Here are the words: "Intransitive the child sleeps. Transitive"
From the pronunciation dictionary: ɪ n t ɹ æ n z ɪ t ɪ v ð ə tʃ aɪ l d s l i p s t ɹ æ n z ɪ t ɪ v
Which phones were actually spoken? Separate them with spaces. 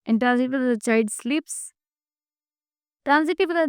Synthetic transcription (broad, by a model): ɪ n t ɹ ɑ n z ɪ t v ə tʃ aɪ d s l i p s t ɹ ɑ n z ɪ t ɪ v